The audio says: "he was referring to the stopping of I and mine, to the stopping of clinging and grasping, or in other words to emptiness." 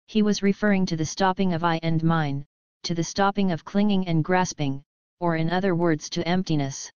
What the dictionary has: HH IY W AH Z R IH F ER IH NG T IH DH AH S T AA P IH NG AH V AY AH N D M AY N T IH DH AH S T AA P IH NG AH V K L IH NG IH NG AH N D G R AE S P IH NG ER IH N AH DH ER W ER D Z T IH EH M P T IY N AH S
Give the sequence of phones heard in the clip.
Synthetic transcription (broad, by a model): HH IY W AH Z R IH F ER IH NG T IH DH AH S T AA P IH NG AH V AY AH N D M AY N T IH DH AH S T AA P IH NG AH V K L IH NG IH NG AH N G R AE S P IH NG ER IH N AH DH ER W ER D Z T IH EH M P T IY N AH S